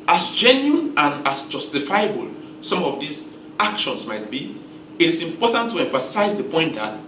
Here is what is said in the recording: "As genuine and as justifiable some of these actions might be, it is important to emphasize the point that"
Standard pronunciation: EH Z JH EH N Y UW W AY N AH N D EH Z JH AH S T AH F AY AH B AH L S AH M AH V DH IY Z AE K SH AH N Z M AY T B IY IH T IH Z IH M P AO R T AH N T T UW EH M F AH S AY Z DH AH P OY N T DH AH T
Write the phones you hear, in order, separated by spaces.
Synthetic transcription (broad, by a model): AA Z JH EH N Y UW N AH N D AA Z JH AH S T AH F AY AH B AH L S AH M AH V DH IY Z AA K SH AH N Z M AY T B IY IH T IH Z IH M P AO T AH N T T UW EH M F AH S AY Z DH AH P OY N T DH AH T